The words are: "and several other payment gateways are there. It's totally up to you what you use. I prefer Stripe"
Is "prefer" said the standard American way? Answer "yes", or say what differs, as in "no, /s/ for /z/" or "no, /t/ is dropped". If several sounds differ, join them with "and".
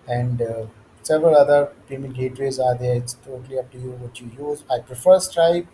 yes